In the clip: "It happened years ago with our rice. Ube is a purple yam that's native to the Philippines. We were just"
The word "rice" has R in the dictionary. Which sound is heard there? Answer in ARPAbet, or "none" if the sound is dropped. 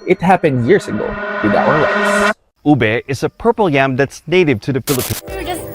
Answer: L